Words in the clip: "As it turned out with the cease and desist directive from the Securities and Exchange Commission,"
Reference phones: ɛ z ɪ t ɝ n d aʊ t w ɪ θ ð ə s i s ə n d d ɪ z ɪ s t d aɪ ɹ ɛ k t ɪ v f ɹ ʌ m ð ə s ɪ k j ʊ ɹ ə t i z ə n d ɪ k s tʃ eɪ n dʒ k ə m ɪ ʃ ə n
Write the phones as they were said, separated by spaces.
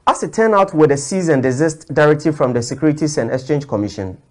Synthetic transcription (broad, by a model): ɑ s ɪ t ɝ n aʊ t w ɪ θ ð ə s i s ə n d d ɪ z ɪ s t d aɪ ɹ ɛ k t ɪ v f ɹ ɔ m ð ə s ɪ k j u ɹ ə t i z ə n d ɪ k s tʃ eɪ n dʒ k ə m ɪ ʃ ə n